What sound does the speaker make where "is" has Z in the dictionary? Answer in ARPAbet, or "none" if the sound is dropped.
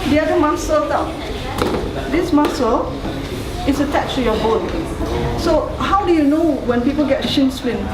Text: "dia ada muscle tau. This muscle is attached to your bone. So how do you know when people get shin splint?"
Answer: S